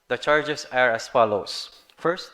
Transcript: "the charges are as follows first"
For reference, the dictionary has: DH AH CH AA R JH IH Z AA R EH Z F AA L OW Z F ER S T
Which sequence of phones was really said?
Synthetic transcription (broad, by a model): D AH CH AA R JH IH S AA R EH S F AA L OW S F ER S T